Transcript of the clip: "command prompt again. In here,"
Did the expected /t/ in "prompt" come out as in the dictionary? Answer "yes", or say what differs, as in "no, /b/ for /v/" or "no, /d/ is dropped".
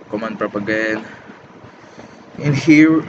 no, /t/ is dropped